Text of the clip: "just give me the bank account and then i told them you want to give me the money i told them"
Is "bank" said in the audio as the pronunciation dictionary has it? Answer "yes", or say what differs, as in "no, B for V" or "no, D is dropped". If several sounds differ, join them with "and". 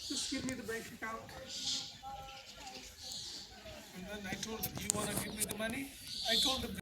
no, NG is dropped